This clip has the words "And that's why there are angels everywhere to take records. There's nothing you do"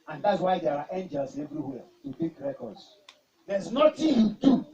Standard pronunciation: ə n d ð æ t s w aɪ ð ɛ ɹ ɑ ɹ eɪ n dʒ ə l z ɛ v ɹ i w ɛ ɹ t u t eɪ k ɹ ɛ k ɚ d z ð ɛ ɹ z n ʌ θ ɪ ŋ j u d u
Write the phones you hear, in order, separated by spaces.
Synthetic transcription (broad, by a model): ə n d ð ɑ t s w aɪ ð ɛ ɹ ɑ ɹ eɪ n dʒ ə l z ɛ v ɹ i w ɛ t u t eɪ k ɹ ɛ k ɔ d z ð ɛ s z n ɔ t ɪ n j u d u